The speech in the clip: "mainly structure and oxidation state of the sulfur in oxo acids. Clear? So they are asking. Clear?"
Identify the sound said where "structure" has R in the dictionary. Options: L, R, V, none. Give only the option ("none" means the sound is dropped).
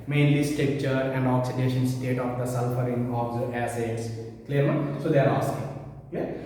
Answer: none